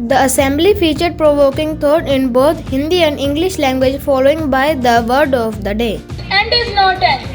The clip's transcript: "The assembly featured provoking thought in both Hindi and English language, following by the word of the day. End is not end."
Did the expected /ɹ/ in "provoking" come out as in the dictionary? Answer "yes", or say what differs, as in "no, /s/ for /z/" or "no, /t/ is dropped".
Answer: yes